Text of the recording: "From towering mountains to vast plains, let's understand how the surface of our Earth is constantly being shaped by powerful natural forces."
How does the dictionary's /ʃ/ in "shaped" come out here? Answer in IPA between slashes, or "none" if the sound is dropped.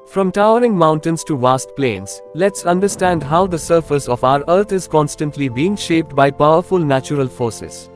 /ʃ/